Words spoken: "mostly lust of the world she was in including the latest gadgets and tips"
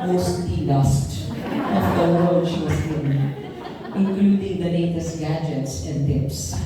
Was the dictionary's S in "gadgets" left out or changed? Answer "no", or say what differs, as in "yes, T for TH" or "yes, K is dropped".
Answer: no